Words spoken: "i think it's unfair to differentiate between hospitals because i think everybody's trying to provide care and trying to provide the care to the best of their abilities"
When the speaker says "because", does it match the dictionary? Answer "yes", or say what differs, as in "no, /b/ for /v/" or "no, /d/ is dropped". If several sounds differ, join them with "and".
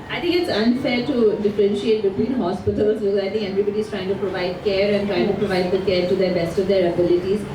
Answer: no, /z/ is dropped